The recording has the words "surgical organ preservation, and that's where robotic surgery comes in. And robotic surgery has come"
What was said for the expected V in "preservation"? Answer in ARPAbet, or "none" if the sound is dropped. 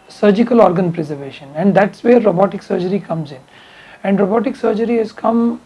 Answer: V